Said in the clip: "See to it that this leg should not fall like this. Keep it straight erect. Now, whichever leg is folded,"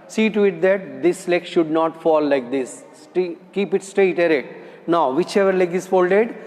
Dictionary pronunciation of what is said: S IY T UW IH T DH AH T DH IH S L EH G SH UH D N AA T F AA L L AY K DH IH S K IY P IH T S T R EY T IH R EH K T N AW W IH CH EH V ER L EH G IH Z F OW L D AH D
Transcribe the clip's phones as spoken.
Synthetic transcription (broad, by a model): S IY T UW IH T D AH T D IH S L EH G SH UH D N AA T F AA L L AY K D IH S K IY P IH T S T R EY T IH R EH T N AW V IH CH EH V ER L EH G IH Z F OW L D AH D